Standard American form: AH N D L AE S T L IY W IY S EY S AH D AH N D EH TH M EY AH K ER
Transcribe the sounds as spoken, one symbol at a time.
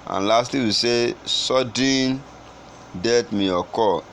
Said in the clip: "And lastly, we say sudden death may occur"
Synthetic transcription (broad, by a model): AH N L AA S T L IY W IY S EY S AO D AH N D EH T M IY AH K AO